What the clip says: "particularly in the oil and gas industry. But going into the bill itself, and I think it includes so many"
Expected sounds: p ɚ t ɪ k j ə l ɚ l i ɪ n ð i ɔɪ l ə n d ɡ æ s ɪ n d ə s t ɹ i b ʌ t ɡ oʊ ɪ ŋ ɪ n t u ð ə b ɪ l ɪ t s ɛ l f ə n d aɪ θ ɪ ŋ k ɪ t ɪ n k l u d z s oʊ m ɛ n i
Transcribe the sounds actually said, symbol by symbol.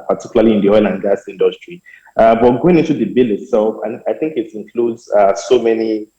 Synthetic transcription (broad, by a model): p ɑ t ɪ k j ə l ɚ l i ɪ n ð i ɔɪ l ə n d ɡ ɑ s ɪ n d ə s t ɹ i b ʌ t ɡ oʊ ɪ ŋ ɪ n t u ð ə b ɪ l ɪ t s ɛ l f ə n aɪ θ ɪ ŋ k ɪ t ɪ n k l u d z s oʊ m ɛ n i